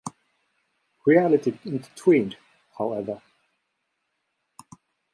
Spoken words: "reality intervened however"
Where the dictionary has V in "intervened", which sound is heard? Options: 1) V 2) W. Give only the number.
2